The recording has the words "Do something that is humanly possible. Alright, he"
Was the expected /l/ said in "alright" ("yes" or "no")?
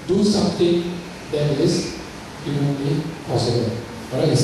no